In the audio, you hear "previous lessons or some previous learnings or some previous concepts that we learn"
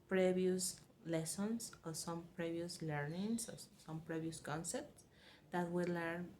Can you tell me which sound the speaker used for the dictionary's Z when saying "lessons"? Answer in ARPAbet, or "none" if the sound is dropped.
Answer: S